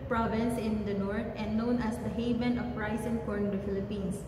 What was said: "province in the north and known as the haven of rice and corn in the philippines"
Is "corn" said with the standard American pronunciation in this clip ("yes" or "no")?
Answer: no